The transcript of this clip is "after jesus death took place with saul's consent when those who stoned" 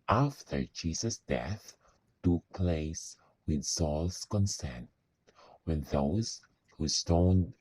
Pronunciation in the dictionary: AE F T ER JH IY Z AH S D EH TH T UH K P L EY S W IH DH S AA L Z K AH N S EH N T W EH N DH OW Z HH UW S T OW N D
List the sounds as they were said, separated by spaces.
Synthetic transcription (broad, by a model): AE F T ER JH IY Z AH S D EH TH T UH K P L EY S W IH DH S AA L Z K AH N S EH N T W EH N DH OW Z HH UW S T OW N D